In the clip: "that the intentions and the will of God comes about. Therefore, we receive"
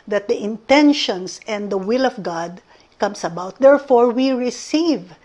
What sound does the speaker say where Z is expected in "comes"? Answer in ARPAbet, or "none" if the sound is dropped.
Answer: S